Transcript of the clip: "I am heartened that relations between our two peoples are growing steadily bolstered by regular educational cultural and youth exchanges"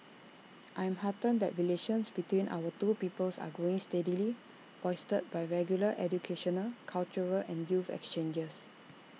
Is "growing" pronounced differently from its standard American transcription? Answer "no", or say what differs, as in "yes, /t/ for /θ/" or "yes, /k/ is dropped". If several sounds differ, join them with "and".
yes, /ɹ/ is dropped